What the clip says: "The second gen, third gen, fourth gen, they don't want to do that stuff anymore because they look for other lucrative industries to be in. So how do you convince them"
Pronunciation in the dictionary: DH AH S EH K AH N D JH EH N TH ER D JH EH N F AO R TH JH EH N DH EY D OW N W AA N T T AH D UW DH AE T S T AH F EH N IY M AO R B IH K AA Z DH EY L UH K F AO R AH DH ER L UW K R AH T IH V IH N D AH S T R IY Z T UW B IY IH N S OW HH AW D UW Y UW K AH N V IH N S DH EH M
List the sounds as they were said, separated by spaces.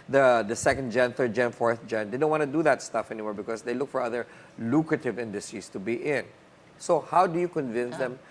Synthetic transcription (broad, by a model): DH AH S EH K AH N D JH EH N TH ER D JH EH N F AO R TH JH EH N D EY D OW N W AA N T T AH D UW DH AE T S T AH F EH N IY M AO R B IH K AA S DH EY L UH K F AO R AH DH ER L UW K R AH T IH V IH N D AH S T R IY S T UW B IY IH N S OW HH AW D UW Y UW K AH N V IH N S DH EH M